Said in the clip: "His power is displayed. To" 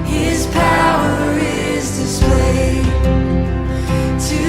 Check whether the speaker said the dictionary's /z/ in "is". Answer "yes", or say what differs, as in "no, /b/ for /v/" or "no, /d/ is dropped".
yes